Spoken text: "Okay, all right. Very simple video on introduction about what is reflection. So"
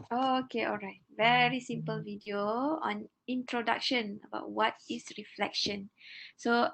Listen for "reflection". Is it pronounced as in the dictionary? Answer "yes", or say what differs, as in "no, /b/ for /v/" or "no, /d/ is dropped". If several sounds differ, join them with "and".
yes